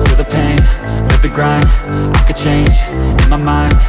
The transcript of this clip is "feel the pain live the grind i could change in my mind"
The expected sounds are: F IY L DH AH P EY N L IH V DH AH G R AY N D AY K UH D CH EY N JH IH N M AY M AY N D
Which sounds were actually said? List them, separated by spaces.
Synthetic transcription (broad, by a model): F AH DH AH P EY N N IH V DH AH G R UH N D AY K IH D CH EY N JH IH N M AY M AY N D